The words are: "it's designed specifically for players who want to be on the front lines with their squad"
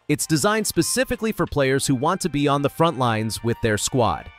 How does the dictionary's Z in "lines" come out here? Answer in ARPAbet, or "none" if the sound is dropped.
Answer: Z